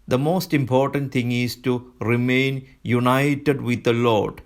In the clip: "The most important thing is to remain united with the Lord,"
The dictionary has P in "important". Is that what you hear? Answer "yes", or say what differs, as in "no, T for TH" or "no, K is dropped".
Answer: yes